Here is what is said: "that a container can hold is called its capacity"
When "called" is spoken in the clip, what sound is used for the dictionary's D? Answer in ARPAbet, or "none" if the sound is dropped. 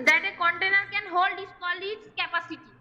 none